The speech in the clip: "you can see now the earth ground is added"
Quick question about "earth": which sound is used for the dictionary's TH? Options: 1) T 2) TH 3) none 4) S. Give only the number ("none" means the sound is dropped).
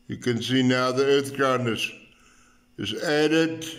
2